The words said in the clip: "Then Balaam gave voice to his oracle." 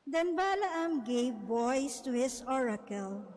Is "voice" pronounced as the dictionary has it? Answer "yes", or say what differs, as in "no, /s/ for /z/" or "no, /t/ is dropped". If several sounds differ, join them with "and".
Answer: no, /b/ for /v/